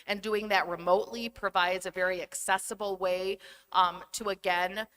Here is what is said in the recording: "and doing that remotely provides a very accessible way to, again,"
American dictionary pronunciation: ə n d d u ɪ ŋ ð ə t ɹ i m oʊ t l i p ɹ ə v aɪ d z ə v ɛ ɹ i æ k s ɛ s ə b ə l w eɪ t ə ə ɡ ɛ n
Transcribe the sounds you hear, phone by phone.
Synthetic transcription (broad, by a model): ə n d d u ɪ ŋ ð ə t ɹ i m oʊ t l i p ɹ ə v aɪ d z ə v ɛ ɹ i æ k s ɛ s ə b l w eɪ t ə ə ɡ ɛ n